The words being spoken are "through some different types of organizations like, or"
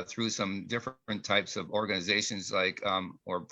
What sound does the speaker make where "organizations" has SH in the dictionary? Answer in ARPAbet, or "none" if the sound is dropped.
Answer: SH